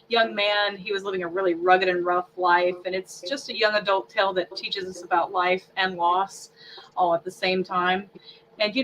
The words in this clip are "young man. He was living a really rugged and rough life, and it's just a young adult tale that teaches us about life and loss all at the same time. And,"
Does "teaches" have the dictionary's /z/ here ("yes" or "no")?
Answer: yes